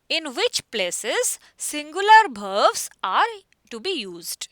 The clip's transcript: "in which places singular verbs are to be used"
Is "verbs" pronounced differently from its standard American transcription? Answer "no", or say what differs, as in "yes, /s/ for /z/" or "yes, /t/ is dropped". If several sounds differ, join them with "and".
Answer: yes, /b/ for /v/